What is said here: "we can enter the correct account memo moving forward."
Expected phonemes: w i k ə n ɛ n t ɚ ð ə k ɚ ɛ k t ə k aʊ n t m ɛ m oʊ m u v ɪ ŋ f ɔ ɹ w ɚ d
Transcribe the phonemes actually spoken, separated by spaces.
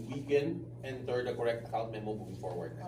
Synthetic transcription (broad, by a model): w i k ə n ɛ n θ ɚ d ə k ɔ ɛ k t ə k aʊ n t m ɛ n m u b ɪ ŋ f ɔ ɹ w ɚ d